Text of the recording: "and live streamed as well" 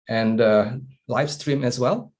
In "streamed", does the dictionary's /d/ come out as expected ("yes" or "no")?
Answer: no